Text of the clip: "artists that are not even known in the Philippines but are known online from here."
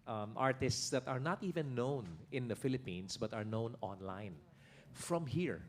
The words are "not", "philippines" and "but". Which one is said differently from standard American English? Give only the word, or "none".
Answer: philippines